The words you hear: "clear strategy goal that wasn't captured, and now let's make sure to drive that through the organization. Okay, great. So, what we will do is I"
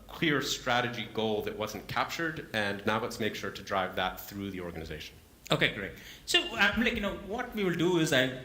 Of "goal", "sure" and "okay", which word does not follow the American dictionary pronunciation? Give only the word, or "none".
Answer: none